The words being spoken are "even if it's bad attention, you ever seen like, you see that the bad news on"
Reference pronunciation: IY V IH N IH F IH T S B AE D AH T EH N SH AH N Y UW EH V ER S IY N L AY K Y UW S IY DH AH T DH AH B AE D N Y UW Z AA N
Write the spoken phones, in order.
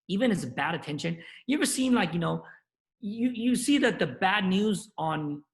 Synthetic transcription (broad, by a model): IY V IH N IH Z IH B AE D AH T EH N SH AH N Y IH EH V ER S IY N L AY K Y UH S IY DH AH T DH AH B AE D N Y UW Z N